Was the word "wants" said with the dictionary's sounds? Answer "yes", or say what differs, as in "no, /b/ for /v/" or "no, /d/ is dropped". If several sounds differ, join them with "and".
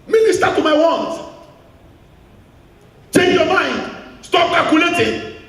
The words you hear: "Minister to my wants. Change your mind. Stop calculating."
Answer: no, /s/ is dropped